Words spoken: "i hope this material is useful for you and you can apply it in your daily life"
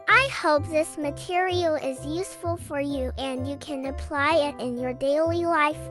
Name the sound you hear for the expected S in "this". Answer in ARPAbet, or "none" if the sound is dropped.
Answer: S